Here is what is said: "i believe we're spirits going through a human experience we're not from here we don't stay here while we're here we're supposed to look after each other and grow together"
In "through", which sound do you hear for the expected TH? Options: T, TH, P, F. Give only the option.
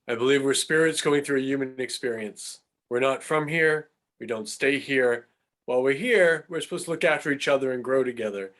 TH